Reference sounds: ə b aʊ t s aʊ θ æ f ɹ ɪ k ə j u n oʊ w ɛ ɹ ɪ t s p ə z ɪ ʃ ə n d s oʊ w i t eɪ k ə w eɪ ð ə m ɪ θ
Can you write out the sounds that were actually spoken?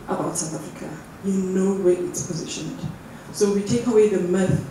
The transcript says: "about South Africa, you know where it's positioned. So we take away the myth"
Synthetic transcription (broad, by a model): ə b aʊ t s aʊ θ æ f ɹ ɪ k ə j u n oʊ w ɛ ɪ t s p ə z ɪ ʃ ə n d s oʊ w i t eɪ k ə w eɪ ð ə m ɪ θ